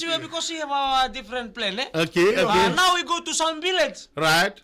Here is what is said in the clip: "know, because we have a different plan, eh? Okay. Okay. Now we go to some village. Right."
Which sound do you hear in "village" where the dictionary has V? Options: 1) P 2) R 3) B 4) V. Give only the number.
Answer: 3